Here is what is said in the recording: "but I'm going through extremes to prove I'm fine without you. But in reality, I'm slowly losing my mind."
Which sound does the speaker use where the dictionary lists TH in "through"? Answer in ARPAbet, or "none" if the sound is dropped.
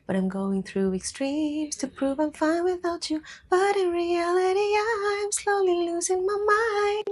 TH